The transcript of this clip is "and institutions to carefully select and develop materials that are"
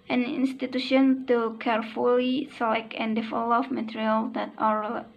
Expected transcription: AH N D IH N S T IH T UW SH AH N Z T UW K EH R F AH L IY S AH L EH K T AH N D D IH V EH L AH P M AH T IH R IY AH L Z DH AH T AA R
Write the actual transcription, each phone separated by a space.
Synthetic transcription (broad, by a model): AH N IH N S T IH T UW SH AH N T UW K EH R F AH L IY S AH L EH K AH N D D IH F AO L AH F M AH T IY R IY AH L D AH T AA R